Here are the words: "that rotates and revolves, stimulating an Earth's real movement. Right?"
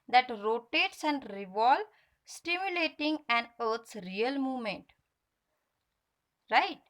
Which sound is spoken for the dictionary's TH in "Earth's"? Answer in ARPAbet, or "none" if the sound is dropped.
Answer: T